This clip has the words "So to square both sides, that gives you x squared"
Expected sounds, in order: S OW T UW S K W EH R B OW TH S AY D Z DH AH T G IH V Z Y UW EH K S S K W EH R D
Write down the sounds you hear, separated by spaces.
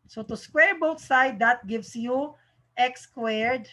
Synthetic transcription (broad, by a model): S OW T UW S K W EH R B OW T S AY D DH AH T G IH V S Y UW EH K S S K W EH R D